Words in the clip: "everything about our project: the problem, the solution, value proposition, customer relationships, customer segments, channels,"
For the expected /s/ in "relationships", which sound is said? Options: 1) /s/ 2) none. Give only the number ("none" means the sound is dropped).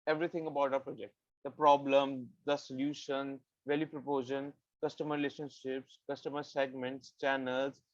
1